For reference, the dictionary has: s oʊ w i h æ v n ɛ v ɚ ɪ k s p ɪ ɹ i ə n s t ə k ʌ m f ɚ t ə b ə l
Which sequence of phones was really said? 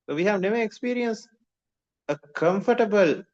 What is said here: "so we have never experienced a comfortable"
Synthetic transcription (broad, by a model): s oʊ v i h æ v n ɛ v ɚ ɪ k s p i ɹ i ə n s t ə k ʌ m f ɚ t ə b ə l